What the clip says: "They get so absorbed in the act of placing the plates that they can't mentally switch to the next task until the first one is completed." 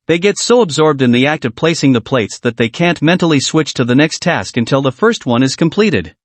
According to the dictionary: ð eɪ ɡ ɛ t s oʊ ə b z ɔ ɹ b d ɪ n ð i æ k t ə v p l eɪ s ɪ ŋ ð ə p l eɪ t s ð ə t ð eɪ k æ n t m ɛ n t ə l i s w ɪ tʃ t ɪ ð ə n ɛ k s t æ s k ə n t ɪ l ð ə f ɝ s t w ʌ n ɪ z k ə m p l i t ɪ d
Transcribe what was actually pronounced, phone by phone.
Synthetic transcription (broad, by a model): ð eɪ ɡ ɛ t s oʊ ə b z ɔ ɹ b d ɪ n ð i æ k t ə v p l eɪ s ɪ ŋ ð ə p l eɪ t s ð ə t ð eɪ k æ n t m ɛ n t l i s w ɪ tʃ t ɪ ð ə n ɛ k s t æ s k ə n t ɪ l ð ə f ɝ s t w ʌ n ɪ z k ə m p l i t ɪ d